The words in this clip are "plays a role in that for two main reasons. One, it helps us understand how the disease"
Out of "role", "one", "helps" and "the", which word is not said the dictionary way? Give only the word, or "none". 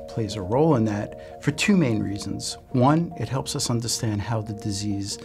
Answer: none